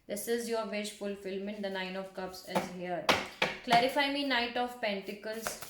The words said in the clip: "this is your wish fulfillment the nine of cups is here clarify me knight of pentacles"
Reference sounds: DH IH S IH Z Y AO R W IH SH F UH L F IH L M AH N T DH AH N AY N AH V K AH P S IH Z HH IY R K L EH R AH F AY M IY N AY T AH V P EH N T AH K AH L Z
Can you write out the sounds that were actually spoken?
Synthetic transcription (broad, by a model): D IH S IH Z Y AO R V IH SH F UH L F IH L M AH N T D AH N AY N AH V K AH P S IH Z HH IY R K L EH R AH F AY M IY N AY T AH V P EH N T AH K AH L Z